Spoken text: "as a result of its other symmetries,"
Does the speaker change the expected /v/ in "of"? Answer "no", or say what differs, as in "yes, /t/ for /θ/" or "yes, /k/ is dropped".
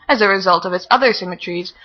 no